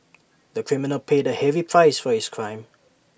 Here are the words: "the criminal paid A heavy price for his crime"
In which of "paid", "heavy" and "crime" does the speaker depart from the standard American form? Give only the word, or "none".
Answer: none